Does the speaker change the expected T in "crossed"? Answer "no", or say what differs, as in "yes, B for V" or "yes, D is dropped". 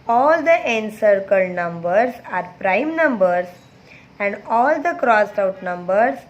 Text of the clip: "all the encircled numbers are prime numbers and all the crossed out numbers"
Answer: no